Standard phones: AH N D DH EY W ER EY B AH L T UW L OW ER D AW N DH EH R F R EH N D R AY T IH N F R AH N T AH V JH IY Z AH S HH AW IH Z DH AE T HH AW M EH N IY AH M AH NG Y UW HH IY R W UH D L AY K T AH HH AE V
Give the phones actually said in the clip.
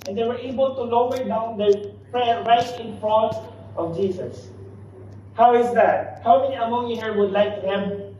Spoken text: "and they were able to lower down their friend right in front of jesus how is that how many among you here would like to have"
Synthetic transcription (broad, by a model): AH N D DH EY W ER EY B AH L T UW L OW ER D AW N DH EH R P R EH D R AY T IH N F R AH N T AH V JH IY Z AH S HH AW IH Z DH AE T HH AW M EH N IY AH M AH NG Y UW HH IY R W UH D L AY K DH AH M